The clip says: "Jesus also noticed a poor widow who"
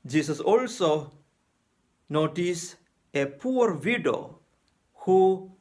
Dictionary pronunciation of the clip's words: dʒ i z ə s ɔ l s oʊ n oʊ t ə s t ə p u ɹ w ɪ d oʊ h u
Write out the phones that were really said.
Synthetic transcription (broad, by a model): dʒ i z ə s ɔ l s oʊ n oʊ t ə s ə p u ɹ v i d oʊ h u